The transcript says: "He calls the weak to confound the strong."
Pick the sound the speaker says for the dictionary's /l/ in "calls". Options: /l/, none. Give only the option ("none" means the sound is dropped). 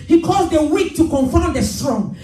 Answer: none